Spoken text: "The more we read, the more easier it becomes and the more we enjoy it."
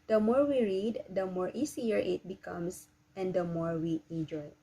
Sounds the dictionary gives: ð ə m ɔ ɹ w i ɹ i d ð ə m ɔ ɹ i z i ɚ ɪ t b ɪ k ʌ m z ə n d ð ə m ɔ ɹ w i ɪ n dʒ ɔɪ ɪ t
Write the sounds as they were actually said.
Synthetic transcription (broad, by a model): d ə m ɔ ɹ w i ɹ i d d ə m ɔ ɹ i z i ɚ ɪ t b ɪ k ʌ m s ə n d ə m ɔ ɹ w i ɪ n dʒ ɔɪ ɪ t